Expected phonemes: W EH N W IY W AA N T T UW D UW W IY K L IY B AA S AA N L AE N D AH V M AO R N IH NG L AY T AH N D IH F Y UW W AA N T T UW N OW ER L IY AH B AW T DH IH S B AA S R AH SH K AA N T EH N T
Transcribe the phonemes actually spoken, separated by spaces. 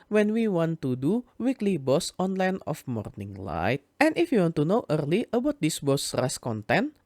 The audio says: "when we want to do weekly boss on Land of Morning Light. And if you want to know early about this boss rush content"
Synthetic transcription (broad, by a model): W EH N W IY W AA N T T UW D UW W IY K L IY B AA S AA N L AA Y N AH F M AO R N IH NG L AY T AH N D IH F Y UW W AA N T T UW N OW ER L IY AH B AW T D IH S B AA S R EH S K AA N T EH N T